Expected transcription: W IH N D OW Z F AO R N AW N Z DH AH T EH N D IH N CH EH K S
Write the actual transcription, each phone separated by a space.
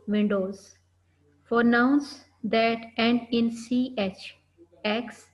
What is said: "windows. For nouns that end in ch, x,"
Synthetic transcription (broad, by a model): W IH N D OW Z F AO R N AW N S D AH T EH N D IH N CH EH K S